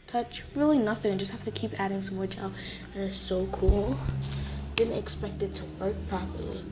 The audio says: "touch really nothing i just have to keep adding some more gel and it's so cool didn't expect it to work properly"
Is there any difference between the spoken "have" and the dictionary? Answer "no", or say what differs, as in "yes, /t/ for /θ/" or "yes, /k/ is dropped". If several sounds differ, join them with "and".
yes, /f/ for /v/